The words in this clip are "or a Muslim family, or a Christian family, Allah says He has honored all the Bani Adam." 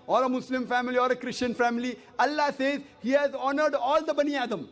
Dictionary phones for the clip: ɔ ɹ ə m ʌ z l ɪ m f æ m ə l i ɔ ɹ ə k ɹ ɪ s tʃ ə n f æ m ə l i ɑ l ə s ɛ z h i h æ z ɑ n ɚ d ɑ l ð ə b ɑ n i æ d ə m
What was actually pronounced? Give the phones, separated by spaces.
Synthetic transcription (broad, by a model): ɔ ɹ ə m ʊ s l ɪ m f æ m ə l i ɔ ɹ ə k ɹ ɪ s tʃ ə n f æ m ə l i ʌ l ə s ɛ z h i h æ z ɑ n ɚ d ɑ l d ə b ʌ n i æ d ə m